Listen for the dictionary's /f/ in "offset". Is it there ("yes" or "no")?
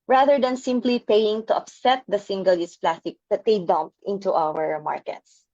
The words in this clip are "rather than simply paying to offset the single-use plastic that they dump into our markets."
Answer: no